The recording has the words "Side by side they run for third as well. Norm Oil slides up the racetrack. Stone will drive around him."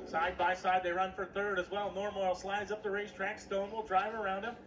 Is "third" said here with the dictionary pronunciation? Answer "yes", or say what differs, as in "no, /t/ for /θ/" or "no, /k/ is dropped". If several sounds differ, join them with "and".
yes